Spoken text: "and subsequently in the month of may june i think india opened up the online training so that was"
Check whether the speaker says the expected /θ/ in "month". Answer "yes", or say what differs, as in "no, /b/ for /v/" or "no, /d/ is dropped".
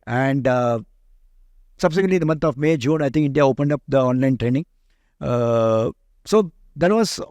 no, /t/ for /θ/